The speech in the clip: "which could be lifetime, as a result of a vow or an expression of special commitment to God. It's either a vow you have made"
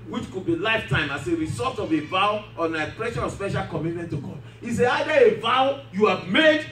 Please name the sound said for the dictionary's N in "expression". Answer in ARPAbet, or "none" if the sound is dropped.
none